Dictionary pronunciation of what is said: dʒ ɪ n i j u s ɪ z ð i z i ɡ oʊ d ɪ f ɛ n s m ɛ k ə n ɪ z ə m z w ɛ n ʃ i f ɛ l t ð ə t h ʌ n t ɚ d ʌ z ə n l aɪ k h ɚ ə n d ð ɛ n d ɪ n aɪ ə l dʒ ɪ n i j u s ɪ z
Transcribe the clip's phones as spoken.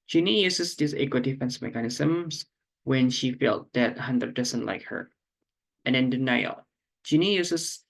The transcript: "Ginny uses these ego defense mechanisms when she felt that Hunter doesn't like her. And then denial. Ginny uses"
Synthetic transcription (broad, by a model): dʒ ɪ n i j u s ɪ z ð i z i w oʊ d ɪ f ɛ n s m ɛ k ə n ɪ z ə m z w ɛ n ʃ i f ɛ l t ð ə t h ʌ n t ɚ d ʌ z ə n l aɪ k h ɚ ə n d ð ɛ n d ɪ n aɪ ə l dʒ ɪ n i j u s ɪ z